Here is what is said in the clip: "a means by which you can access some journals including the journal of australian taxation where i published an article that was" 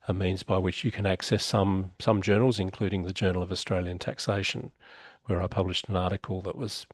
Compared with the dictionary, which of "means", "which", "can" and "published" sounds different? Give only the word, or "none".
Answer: none